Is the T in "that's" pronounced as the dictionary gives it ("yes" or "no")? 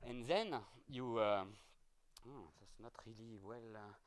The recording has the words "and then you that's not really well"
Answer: no